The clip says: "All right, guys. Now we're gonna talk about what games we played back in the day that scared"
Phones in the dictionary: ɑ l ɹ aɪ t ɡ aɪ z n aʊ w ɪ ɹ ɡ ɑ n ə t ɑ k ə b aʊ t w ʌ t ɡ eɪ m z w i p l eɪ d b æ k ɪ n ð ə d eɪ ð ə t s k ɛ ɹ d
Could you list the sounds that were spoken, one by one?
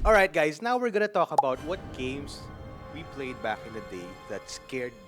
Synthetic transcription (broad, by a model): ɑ l ɹ aɪ t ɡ aɪ s n aʊ w ɪ ɹ ɡ ɑ n ə t ɑ k ə b aʊ t w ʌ t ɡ eɪ m s w i p l eɪ d b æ k ɪ n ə d eɪ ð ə t s k ɛ ɹ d